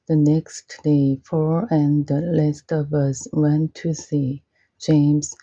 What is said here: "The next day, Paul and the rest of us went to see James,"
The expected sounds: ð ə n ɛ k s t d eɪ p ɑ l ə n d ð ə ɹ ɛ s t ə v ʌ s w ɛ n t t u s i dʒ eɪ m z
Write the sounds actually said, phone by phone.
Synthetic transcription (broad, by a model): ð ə n ɛ k s t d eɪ f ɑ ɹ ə n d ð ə l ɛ s t ə v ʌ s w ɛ n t t u s i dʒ eɪ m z